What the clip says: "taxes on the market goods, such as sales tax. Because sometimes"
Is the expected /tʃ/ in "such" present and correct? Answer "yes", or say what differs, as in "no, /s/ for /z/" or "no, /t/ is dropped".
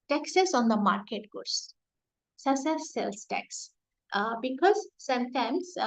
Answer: no, /s/ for /tʃ/